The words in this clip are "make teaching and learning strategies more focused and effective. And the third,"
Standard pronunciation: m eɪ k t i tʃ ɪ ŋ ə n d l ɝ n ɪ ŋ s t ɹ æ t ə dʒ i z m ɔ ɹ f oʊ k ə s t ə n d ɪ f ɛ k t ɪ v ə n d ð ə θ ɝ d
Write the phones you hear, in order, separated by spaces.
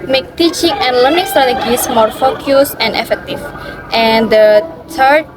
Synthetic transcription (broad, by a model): m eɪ k t i tʃ ɪ ŋ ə n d l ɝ n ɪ ŋ s t ɹ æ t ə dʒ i s m ɔ ɹ f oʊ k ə s ə n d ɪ f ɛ k t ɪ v ə n d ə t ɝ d